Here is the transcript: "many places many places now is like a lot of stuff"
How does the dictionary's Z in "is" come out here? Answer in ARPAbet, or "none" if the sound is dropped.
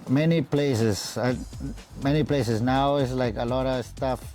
S